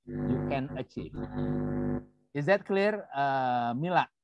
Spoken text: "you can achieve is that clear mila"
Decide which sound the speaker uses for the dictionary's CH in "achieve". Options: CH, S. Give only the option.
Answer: CH